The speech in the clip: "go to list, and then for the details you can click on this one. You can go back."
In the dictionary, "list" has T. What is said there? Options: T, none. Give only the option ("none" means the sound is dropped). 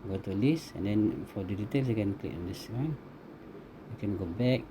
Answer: none